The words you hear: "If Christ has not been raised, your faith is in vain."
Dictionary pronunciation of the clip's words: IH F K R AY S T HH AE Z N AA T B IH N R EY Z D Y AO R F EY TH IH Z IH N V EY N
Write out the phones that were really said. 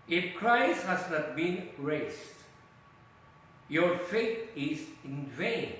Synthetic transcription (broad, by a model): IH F K R AY S T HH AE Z N AA T B IH N R EY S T Y AO R F EY T IH Z IH N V EY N